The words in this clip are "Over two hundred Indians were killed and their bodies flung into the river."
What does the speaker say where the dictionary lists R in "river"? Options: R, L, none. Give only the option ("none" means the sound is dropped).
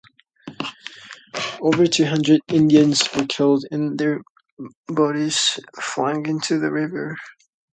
R